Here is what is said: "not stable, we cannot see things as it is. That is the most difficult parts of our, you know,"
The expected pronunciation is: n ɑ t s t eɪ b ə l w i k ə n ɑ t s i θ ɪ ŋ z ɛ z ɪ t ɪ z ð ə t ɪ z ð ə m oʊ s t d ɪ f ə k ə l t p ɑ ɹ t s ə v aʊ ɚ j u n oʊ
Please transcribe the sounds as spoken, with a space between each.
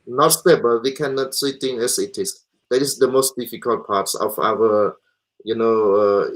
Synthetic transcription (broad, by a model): n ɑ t s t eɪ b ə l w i k ə n ɑ t s i t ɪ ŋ ɛ s ɪ t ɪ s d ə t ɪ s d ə m oʊ s t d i f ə k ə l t p ɑ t s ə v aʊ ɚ j u n oʊ